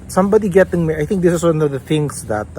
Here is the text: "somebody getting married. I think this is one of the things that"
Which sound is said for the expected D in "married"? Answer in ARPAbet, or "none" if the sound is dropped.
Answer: none